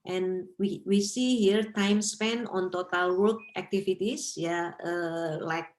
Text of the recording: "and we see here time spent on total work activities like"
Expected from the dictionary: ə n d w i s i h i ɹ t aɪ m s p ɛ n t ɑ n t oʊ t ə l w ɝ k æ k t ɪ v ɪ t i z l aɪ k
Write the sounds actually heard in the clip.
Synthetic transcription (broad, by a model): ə n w w i s i h i ɹ t aɪ m s p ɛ n ɑ n t oʊ t ə l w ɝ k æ k t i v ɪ t i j l aɪ k